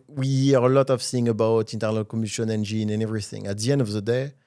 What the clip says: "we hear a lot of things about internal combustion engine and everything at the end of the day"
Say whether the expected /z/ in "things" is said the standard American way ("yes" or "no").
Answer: no